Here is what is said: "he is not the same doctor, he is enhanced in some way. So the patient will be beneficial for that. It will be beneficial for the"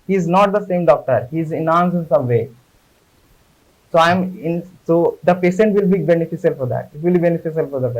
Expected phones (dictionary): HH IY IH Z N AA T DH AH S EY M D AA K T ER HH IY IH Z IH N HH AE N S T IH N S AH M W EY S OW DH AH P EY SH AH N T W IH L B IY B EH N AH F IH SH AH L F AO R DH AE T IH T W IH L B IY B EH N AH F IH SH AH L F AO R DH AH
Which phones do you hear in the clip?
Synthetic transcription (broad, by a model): HH IY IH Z N AA T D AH S EY M D AA K T ER HH IY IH Z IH N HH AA N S IH N S AH M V EY S OW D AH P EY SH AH N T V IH L B IY B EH N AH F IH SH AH L F AO R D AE T IH T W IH L B IY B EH N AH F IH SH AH L F AO R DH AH